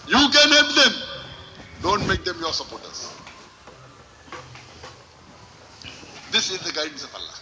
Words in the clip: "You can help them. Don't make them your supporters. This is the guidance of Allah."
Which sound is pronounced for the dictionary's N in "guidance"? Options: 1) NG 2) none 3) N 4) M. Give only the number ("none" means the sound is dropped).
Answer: 2